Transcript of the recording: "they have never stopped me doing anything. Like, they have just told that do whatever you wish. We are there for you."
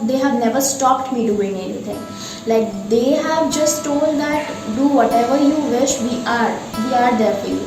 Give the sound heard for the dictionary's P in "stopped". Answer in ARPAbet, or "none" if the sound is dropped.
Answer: P